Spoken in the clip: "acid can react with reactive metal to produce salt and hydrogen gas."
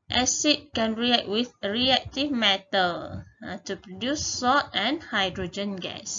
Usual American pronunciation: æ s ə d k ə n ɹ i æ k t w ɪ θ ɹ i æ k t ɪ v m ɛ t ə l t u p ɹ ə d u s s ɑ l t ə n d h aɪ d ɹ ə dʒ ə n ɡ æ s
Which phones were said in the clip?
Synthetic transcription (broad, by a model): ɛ s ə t k ə n ɹ i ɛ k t w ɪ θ ɹ i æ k t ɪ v m ɛ t ə l t u p ɹ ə d u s s ɑ t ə n h aɪ d ɹ ə dʒ ə n ɡ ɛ s